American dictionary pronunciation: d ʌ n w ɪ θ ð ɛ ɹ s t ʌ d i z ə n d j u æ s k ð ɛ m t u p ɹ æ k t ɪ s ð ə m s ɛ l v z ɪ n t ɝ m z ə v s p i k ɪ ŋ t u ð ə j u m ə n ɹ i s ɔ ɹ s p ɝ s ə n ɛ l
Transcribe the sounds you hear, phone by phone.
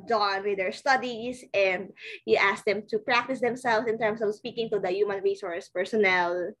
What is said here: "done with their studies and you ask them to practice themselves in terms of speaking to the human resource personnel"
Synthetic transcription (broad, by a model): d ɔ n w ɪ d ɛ ɹ s t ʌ d i s ə n d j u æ s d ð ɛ m t u p ɹ æ k t ɪ s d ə m s ɛ l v s ɪ n t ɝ m s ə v s p i k ɪ ŋ t u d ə j u m ə n ɹ i s ɔ ɹ s p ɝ s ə n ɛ l